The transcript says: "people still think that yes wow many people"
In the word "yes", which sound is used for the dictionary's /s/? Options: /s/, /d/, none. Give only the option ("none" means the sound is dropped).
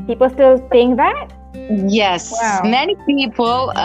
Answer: /s/